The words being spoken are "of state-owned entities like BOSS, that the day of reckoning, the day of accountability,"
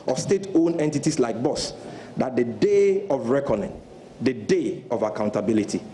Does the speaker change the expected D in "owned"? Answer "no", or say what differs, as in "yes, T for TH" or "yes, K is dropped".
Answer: yes, D is dropped